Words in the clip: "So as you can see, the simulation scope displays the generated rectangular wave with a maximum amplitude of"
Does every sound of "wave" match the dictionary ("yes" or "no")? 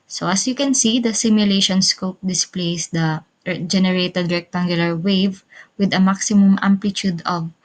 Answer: yes